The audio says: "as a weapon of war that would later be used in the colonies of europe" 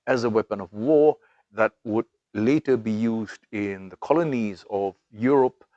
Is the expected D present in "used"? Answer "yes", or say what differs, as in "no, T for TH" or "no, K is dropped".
yes